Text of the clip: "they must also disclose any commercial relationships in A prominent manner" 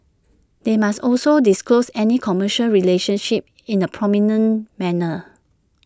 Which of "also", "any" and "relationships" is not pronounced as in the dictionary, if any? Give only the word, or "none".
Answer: relationships